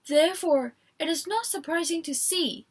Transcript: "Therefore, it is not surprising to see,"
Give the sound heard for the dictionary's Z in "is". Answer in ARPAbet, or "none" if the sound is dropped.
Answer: Z